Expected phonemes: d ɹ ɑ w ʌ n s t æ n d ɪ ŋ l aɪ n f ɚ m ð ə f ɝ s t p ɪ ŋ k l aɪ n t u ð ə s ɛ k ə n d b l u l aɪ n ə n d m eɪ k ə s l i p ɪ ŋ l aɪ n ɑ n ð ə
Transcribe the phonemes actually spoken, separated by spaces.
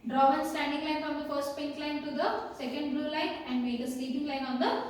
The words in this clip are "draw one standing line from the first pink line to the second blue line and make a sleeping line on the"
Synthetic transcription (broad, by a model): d ɹ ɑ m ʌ n s t æ n d ɪ ŋ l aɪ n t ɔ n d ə f ɝ s t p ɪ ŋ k l aɪ n t u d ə s ɛ k ə n d b l u l aɪ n ə n d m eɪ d ə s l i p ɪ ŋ l aɪ n ɑ n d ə